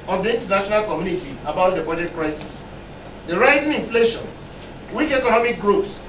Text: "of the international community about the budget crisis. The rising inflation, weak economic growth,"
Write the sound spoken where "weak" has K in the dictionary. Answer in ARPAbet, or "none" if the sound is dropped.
K